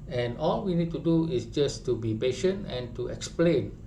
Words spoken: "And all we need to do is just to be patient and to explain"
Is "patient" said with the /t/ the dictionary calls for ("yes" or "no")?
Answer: yes